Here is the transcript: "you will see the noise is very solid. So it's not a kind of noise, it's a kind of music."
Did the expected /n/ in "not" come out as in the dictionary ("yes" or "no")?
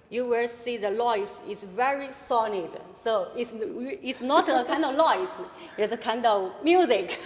yes